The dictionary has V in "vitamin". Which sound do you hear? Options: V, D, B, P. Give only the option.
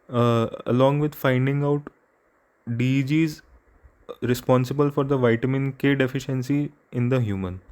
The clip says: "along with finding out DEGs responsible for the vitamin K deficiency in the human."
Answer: V